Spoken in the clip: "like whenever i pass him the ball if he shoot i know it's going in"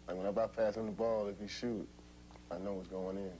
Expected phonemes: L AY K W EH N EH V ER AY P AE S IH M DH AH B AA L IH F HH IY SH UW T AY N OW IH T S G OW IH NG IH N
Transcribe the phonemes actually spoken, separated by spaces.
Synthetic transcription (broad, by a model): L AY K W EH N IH B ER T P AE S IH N DH AH B AA L IH F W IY SH UW T AY N OW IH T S G OW IH NG IH N